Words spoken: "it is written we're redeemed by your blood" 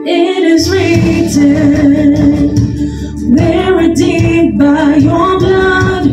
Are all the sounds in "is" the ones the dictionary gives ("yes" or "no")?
yes